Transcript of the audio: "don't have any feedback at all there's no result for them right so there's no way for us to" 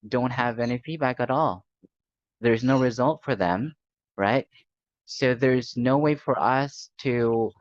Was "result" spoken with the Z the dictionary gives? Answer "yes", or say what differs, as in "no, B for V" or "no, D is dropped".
yes